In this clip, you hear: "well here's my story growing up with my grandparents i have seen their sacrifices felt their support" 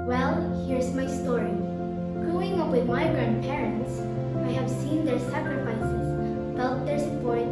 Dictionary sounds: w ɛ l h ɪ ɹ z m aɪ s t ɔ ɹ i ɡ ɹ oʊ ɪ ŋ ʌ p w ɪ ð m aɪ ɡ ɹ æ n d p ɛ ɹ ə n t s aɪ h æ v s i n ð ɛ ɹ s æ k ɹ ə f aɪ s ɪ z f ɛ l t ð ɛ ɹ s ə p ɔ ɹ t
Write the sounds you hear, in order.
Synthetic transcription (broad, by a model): w ɛ l h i ɹ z m aɪ s t ɔ ɹ i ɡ oʊ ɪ ŋ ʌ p w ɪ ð m aɪ ɡ ɹ æ n d p ɛ ɹ ə n t s aɪ h æ v s i n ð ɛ ɹ s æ k ɹ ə f aɪ s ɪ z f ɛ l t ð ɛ ɹ s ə p ɔ ɹ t